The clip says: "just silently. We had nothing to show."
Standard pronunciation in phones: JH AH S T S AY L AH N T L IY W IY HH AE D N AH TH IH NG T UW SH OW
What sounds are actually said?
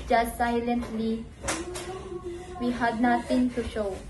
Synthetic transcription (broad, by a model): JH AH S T S AY L AH N T L IY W IY HH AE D N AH T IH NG T UW SH OW